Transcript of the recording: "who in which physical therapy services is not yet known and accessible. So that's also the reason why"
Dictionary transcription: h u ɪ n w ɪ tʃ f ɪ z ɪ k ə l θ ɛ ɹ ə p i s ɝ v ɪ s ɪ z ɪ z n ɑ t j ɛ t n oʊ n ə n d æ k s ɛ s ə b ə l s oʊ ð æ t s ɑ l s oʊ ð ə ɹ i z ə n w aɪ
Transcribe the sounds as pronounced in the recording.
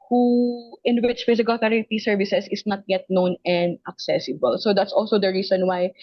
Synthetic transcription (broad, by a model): h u ɪ n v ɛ s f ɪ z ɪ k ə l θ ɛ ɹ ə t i s ɝ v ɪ s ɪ s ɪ s n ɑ t j ɛ t n oʊ n ə n d æ k s ɛ s ə b ə l s oʊ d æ t s ɑ l s oʊ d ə ɹ i s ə n w aɪ